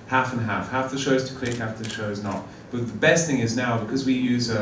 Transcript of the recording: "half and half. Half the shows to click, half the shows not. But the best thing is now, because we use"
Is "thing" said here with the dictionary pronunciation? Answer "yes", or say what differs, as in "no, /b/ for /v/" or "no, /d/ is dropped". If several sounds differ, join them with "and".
yes